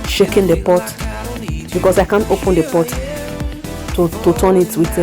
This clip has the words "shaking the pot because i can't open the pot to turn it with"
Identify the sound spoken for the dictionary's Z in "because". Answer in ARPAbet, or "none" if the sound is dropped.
S